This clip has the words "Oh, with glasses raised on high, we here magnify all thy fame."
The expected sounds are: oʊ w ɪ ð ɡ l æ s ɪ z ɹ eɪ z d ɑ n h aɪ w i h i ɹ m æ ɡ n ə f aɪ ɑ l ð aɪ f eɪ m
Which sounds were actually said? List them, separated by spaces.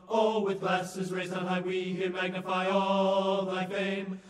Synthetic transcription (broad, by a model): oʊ w ɪ ð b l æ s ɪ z ɹ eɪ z ɑ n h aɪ w i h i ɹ m æ ɡ n ə f aɪ ɑ l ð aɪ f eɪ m